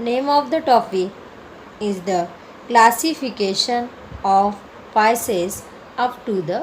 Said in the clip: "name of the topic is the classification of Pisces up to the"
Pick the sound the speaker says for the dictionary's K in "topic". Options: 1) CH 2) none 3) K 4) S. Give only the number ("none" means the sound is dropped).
2